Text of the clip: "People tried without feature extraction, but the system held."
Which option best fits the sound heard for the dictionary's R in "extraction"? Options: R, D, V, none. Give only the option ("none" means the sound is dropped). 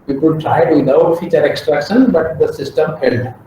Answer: R